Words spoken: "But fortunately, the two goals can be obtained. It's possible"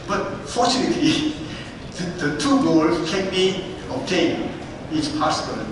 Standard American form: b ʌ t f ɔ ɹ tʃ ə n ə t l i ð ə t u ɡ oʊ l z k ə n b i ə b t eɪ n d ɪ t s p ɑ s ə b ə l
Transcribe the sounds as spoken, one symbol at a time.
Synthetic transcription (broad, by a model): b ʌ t f ɔ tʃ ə n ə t l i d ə t u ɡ oʊ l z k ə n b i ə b t eɪ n ɪ t s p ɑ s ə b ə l